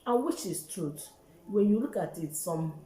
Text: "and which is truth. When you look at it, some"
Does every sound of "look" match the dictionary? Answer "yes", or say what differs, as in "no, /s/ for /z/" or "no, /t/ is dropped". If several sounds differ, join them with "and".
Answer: yes